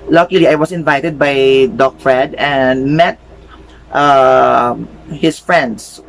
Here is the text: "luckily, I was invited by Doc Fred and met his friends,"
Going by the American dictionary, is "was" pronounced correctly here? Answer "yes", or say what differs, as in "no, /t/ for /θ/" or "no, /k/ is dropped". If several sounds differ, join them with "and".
no, /s/ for /z/